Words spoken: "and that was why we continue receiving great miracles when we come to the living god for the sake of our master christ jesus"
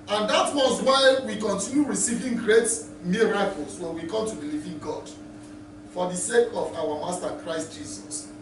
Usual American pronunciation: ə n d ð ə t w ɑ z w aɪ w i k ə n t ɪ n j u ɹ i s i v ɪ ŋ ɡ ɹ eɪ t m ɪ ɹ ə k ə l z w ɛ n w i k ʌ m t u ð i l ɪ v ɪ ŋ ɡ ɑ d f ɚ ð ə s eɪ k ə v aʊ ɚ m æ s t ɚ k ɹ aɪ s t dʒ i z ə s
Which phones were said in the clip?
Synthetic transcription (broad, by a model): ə n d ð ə t w ɑ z w aɪ w i k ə n t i n j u ɹ i s i v ɪ ŋ ɡ ɹ eɪ t m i ɹ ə k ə l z w ɛ n w i k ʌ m t u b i l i v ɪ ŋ ɡ ɑ d f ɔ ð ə s eɪ k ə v aʊ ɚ m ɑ s t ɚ k ɹ aɪ s t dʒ i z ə s